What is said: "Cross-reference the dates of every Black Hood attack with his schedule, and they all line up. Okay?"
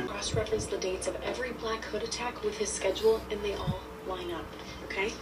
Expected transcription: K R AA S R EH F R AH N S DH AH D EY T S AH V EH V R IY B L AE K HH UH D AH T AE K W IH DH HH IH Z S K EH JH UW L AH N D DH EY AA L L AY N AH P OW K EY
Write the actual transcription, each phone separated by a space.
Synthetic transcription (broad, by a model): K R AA S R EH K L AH S DH AH D EY T S AH V EH V R IY B L AE K HH UH D AH T AE K W IH DH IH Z S K EH JH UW L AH N DH EY AA L L AY N AH P OW K EY